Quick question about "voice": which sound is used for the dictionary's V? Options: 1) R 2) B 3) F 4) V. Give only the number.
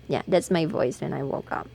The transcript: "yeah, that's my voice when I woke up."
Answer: 4